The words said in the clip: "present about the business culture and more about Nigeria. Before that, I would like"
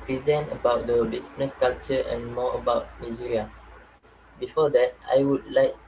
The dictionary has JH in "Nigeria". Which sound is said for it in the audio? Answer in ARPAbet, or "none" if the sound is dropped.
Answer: Z